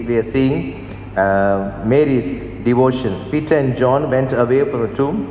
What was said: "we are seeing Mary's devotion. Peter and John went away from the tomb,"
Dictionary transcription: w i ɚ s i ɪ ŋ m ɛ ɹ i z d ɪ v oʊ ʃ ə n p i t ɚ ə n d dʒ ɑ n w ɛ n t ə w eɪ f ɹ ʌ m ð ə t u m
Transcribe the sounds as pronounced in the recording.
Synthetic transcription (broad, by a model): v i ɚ s i ɪ ŋ m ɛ ɹ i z d ɪ v oʊ ʃ ə n p i t ɚ ə n d dʒ ɑ n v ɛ n t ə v eɪ f ɹ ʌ m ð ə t u m